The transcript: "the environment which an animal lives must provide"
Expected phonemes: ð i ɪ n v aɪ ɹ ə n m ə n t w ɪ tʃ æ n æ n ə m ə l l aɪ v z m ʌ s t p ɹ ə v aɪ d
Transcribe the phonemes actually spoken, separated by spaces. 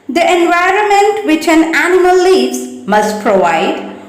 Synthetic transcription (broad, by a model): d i ɪ n v aɪ ɹ ə n m ə n t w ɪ tʃ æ n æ n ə m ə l l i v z m ʌ s t p ɹ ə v aɪ d